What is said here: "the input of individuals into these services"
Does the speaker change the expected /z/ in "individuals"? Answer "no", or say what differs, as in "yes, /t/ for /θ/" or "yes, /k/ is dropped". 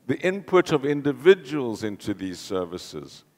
no